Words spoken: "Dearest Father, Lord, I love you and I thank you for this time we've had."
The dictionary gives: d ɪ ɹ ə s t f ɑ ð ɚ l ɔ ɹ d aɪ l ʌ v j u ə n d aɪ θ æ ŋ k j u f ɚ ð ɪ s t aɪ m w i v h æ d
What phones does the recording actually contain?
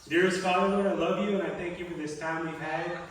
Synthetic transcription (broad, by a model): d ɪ ɹ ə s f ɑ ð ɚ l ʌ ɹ aɪ l ʌ v j u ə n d aɪ θ æ ŋ k j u f ɚ ð ɪ s t aɪ m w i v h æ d